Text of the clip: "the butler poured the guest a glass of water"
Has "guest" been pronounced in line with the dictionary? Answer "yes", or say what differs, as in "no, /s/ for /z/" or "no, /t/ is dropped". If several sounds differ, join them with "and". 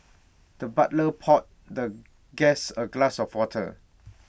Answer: no, /t/ is dropped